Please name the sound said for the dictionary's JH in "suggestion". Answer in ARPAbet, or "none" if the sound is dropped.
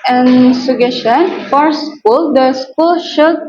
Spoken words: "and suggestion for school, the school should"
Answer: none